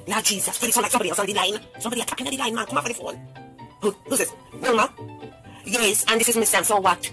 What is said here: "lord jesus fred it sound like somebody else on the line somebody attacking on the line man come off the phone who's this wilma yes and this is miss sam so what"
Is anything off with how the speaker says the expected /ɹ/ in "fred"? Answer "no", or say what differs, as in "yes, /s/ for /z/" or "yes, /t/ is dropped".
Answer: yes, /ɹ/ is dropped